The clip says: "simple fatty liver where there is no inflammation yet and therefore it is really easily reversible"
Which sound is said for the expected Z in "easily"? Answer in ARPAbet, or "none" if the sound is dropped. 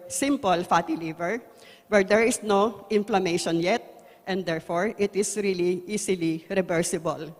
S